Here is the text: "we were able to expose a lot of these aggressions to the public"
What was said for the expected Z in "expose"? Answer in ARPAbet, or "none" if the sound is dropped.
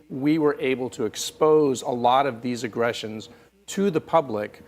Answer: Z